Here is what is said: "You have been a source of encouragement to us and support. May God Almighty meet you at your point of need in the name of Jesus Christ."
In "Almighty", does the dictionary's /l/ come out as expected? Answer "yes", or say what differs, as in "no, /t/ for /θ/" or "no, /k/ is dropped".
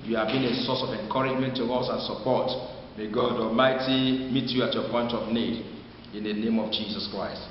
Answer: yes